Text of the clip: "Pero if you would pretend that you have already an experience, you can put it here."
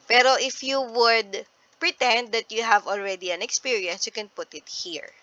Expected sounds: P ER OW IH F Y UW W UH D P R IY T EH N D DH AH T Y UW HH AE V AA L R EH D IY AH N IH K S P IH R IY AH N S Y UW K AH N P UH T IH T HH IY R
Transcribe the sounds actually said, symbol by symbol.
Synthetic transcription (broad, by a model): P ER OW IH F Y UW W UH D P R IY T EH N D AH T Y UW HH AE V AA L R EH D IY AH N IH K S P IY R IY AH N S Y UW K AH N P UH T IH T HH IY R